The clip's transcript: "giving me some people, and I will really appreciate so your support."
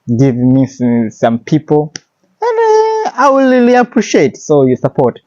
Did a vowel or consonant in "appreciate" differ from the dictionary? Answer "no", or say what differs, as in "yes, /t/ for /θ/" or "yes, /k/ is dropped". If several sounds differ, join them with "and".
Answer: no